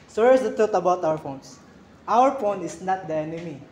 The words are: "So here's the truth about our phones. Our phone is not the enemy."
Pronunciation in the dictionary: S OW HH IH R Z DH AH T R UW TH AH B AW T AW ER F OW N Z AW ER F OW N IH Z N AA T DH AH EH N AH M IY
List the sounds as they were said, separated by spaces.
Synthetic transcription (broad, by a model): S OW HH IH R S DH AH T R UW T AH B AW T AW ER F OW N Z AW ER F OW N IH S N AA T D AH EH N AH M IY